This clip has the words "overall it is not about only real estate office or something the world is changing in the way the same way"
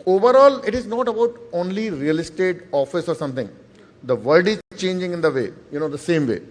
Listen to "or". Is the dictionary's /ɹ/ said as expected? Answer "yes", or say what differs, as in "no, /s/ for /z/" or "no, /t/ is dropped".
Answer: yes